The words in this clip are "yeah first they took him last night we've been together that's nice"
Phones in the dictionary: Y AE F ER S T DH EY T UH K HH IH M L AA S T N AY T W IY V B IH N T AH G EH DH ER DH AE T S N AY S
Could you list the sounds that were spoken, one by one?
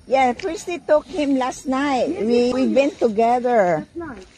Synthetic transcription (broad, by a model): Y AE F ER S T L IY T UH K HH IH M L AA S T N AY T W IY W B IH N T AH G EH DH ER